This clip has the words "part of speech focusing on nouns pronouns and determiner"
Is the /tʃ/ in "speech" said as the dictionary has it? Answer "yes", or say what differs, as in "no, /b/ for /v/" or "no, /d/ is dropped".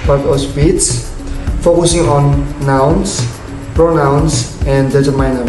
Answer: no, /s/ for /tʃ/